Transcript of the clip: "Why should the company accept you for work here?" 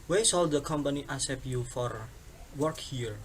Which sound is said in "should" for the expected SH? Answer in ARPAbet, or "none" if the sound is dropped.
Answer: S